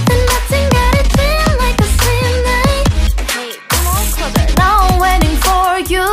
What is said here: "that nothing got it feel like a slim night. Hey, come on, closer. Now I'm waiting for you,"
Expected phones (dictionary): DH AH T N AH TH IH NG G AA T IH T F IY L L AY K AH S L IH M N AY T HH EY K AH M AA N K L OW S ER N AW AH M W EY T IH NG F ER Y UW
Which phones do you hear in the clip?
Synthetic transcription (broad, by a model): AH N N AH TH IH NG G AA T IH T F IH N L AY K AH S IH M N AY T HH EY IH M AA L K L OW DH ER N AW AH W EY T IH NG F ER Y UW